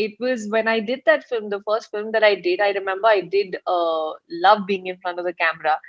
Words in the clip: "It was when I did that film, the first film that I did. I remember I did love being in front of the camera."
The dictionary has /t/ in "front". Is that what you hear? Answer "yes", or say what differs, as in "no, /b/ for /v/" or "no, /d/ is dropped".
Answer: yes